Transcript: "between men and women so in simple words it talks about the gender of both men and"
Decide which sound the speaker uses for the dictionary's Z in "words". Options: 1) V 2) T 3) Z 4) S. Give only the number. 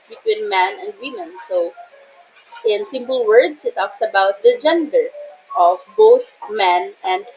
4